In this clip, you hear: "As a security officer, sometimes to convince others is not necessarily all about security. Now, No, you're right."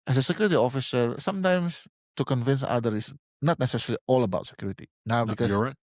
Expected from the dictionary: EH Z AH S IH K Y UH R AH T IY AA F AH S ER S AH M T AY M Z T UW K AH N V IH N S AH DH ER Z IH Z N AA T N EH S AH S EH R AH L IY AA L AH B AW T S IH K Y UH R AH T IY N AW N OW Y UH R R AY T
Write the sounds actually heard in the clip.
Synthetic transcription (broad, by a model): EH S AH S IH K Y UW R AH T IY AA F AH S ER S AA M T AY M S T UW K AH N V IH N S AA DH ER IH S N AA T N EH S S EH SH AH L IY AA L AH B AW T S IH K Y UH R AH T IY N AW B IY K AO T